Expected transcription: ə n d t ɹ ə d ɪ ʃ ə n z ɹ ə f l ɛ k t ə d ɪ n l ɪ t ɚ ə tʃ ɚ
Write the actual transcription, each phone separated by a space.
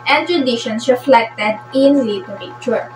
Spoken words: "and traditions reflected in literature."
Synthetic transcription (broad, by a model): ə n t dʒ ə d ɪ ʃ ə n s ɹ ə f l ɛ k t ə d ɪ n l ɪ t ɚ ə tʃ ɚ